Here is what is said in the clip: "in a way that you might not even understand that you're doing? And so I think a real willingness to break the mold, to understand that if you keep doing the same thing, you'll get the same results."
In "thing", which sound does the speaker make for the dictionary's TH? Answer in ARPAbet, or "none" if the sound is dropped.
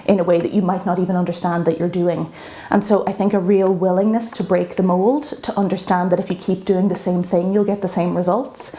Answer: TH